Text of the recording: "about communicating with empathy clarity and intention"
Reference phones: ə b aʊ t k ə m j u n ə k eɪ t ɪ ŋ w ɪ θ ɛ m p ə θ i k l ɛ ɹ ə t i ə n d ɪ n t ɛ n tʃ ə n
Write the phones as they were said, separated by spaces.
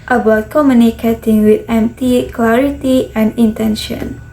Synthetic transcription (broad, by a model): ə b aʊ t k ə m j u n ə k eɪ t ɪ ŋ w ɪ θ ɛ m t i k l ɛ ɹ ə t i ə n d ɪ n t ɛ n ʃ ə n